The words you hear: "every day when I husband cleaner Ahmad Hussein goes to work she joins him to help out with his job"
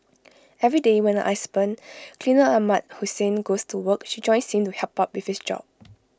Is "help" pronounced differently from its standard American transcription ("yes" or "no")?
yes